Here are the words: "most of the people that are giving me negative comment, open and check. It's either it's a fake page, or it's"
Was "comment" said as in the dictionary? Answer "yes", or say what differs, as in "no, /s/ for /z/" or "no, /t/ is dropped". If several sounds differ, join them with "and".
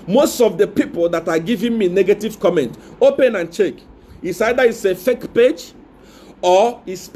yes